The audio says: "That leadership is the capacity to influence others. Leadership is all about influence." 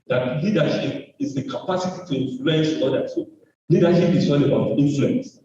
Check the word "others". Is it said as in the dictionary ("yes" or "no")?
no